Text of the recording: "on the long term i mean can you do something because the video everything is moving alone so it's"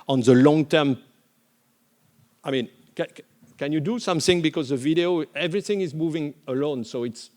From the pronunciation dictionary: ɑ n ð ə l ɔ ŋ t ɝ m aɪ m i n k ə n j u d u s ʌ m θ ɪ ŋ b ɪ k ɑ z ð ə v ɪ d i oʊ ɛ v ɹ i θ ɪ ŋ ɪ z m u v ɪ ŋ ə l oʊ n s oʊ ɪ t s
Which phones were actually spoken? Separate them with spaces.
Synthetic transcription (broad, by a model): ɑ n ð ə l ɔ ŋ t ɝ m aɪ m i n k ə n j u d u s ʌ m θ ɪ ŋ b ɪ k ɑ z ð ə v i d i oʊ ɛ v ɹ i θ ɪ ŋ ɪ z m u v ɪ ŋ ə l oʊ n s oʊ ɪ t s